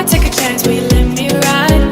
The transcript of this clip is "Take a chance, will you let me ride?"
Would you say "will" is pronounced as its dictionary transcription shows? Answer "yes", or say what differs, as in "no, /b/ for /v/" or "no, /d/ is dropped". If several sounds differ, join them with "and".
yes